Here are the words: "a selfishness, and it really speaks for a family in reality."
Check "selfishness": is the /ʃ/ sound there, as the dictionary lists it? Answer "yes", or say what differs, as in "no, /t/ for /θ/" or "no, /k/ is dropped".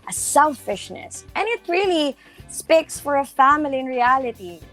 yes